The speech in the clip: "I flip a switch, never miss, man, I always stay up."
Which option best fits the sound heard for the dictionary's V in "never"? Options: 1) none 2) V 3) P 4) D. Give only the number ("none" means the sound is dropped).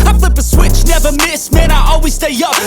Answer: 2